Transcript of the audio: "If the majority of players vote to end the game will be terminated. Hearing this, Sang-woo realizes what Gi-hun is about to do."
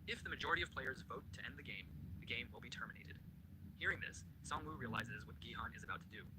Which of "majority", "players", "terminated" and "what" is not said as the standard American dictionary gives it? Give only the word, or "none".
none